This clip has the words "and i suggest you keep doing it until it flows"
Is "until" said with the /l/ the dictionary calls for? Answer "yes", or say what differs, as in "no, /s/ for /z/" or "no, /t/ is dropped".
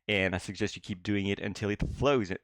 yes